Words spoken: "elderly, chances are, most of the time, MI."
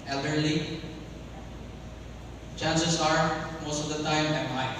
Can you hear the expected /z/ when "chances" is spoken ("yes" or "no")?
no